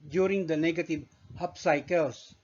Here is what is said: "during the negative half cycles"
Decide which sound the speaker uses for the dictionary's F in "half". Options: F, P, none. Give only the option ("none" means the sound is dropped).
P